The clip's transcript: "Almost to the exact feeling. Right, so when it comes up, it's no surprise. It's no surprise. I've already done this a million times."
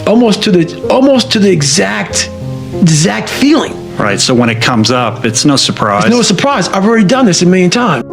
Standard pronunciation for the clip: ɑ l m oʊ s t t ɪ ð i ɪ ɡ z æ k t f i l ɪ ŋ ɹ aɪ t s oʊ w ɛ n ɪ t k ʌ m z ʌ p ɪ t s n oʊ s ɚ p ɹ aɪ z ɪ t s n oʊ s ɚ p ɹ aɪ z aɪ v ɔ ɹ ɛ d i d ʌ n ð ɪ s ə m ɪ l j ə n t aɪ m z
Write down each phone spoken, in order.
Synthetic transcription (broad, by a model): ɑ l m oʊ s t t ɪ ð i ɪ ɡ z æ k t f i l ɪ ŋ ɹ aɪ t s oʊ w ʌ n ɪ t k ʌ m z ʌ p ɪ t s n oʊ s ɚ p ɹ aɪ ɪ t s n oʊ s ɚ p ɹ aɪ z aɪ v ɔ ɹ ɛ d i d ʌ n ð ɪ s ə m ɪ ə n t aɪ m